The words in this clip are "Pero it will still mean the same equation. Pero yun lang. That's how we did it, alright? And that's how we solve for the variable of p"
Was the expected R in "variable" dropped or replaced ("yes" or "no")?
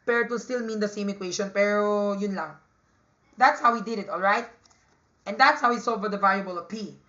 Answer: yes